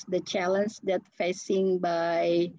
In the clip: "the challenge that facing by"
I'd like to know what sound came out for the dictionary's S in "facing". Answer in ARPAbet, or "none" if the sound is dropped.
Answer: S